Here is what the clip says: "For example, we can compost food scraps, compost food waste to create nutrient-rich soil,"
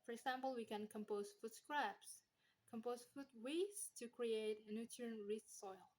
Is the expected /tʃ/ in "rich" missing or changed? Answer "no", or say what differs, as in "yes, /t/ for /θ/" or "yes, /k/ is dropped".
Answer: yes, /s/ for /tʃ/